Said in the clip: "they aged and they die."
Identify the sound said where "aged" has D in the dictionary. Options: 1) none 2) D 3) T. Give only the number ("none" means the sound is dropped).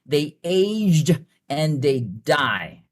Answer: 2